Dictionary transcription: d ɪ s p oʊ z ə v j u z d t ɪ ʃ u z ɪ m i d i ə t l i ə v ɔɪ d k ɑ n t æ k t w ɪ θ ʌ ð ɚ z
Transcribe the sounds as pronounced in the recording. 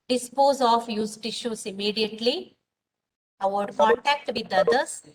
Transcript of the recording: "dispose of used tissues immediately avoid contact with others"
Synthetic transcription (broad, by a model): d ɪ s p oʊ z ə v j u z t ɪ ʃ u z ɪ m i d i ə t l i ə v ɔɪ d k ɑ n t æ k t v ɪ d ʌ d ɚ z